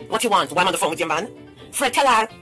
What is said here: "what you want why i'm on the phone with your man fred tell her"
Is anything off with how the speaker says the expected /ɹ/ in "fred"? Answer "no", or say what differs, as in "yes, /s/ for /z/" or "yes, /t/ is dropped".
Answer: no